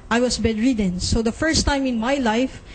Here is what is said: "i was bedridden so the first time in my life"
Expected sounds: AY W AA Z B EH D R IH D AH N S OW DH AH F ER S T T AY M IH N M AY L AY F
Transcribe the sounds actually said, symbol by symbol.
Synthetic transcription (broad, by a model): AY W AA S B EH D R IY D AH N S OW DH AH F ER S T T AY M IH N M AY L AY F